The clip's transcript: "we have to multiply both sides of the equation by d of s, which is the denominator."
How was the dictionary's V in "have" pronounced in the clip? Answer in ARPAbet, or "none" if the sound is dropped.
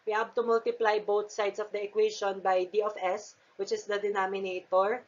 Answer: B